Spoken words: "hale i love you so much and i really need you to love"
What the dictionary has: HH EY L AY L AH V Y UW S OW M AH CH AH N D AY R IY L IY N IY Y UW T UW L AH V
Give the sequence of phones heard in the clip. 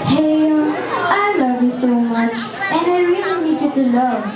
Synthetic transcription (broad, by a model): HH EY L AY L AH V Y UW S OW M AH CH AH N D AY R IY L IY N IY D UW T UW L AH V